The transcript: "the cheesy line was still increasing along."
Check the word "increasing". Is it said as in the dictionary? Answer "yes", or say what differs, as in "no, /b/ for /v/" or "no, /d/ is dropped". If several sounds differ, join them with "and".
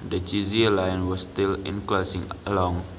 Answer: no, /l/ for /ɹ/